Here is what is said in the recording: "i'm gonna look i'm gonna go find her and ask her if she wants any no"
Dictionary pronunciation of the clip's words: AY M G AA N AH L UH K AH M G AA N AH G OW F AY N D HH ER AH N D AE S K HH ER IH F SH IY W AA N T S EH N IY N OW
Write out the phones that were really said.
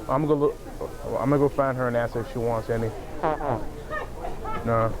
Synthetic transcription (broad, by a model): AY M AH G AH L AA AH M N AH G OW F AY N D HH ER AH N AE S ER IH F SH IY W AA N T S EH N IY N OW